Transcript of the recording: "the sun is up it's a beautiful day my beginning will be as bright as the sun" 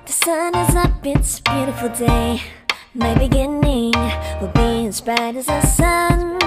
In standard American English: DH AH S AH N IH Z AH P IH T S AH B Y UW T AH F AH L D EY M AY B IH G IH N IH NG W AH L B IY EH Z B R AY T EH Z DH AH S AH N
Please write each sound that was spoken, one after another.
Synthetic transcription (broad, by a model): DH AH S AH N IH Z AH B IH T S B Y UW T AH F L D EY M AY B IH G IH N IH NG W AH B IY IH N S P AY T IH Z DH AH S AH N